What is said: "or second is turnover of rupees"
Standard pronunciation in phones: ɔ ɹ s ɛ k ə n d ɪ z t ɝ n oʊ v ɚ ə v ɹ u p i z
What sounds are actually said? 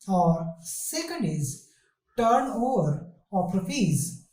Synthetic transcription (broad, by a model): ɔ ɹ s ɛ k ə n d ɪ z t ɝ n oʊ v ɚ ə p ɹ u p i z